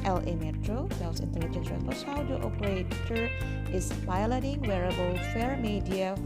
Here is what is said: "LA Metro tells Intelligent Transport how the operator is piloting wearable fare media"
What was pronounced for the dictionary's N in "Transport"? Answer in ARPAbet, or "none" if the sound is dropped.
none